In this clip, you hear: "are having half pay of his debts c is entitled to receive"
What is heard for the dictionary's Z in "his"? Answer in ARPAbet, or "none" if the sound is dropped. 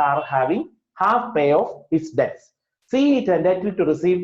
S